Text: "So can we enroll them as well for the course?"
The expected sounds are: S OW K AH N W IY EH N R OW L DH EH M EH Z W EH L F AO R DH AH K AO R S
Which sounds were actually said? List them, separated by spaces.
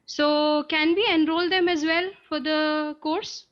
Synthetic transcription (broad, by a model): S OW K AH N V IY EH N R OW L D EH M EH Z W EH L F AO R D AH K AO R S